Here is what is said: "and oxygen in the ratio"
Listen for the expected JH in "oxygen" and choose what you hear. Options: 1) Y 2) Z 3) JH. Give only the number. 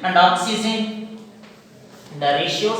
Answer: 2